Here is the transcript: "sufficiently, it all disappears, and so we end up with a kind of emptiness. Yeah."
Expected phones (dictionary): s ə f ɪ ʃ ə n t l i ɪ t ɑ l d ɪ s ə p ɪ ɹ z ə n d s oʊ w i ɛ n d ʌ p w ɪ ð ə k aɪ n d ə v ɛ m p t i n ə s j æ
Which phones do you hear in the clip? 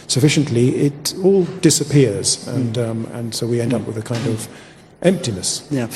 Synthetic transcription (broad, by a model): s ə f ɪ ʃ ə n t l i ɪ t ɑ l d ɪ s ə p ɪ ɹ z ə n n s oʊ w i ɛ n d ʌ p w ɪ ð ə k aɪ n d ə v ɛ m p t i n ə s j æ